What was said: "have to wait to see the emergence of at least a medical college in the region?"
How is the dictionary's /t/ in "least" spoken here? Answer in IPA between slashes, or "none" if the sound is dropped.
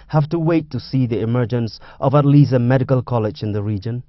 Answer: none